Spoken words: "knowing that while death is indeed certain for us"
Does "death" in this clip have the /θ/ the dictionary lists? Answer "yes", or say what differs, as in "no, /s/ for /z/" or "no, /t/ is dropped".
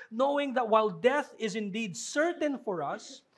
yes